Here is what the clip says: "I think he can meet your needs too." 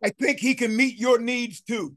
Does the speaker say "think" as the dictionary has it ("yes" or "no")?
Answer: yes